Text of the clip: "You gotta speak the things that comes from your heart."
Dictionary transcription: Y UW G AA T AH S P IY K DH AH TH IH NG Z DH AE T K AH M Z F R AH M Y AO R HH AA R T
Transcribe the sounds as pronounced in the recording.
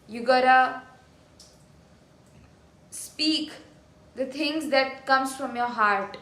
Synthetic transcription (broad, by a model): Y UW G AA T AH S P IY K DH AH T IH NG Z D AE T K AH M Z F R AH M Y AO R HH AA R T